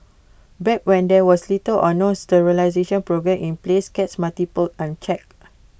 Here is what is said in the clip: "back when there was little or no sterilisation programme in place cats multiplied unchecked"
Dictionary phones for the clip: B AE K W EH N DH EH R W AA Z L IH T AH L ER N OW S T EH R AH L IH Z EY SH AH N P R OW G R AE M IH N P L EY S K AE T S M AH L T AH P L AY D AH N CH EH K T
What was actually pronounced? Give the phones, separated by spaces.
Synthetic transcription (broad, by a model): B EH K W EH N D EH W AA S L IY T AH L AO N OW S T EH R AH L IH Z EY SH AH N P R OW G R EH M IH N P L EY S K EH T S M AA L T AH P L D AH N CH EH K